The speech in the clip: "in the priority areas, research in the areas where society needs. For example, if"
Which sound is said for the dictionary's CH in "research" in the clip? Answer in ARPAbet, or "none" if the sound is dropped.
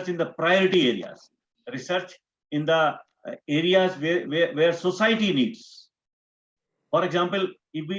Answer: CH